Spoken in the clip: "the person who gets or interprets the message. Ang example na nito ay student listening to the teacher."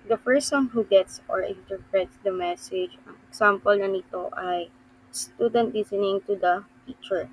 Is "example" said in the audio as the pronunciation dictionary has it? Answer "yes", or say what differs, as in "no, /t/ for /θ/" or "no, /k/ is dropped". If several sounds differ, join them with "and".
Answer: no, /s/ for /z/